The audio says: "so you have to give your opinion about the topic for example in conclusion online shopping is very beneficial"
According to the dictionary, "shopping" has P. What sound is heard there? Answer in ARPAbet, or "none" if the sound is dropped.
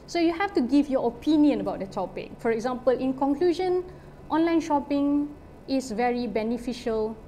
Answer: P